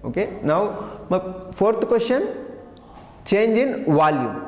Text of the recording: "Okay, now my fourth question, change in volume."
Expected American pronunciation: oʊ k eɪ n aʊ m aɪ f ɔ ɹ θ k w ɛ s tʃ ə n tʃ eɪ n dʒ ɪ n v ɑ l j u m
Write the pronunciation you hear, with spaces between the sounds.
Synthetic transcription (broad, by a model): oʊ k eɪ n aʊ m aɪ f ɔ ɹ t k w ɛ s ʃ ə n tʃ eɪ n dʒ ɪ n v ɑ l j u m